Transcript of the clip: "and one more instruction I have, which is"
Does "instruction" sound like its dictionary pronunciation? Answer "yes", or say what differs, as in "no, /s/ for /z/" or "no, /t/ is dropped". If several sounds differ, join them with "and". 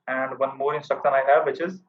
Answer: no, /ɹ/ is dropped